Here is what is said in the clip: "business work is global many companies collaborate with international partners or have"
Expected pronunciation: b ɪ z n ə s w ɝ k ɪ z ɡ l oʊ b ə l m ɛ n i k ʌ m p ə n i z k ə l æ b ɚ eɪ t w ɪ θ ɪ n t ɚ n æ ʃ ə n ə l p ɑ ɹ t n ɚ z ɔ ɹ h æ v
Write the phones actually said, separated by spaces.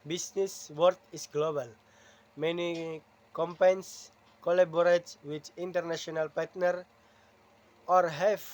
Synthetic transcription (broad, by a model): b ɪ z n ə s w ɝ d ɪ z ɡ l oʊ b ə l m ɛ n i k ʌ m p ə n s k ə l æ b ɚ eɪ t w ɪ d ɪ n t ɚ n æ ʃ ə n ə l p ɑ ɹ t n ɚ ɔ ɹ h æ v